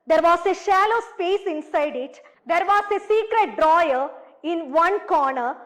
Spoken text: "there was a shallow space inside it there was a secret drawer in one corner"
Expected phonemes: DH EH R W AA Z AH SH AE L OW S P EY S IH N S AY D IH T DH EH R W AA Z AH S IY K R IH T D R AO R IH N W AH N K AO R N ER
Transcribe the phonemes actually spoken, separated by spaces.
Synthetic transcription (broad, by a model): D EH R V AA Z AH SH AE L OW S P EY S IH N S AY D IH T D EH R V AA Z AH S IY K R IH T D R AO R IH N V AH N K AO R N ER